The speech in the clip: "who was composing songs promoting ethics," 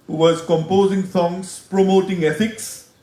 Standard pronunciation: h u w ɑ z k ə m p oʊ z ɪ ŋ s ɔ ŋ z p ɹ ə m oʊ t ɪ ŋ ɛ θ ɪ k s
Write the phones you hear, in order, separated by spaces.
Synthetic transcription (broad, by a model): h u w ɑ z k ə m p oʊ z ɪ ŋ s ɔ ŋ s p ɹ ə m oʊ t ɪ ŋ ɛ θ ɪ k s